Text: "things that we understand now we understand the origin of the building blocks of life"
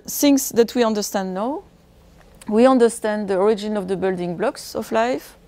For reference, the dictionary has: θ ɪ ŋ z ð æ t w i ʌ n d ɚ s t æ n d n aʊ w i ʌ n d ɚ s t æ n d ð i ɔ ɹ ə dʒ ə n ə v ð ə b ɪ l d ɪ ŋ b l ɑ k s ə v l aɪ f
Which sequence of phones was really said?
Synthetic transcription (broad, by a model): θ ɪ ŋ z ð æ t w i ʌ n d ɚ s t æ n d n aʊ w i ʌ n d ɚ s t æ n d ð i ɔ ɹ ə dʒ ə n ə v ð ə b ɪ l d ɪ ŋ b l ɑ k s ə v l aɪ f